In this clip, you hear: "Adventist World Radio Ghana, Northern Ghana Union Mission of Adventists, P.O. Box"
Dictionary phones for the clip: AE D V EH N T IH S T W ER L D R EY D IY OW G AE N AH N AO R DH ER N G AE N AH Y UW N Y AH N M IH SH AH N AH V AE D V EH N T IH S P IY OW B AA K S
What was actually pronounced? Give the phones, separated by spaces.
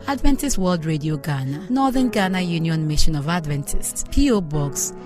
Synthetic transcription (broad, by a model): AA D V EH N T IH S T W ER L D R EY D IY OW G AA N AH N AO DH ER N G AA N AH Y UW N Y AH N M IH SH AH N AH V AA D V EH N T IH S P IY OW B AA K S